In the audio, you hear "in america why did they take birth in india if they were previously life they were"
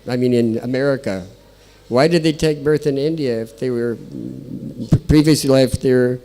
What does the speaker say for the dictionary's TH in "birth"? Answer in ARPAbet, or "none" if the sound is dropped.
TH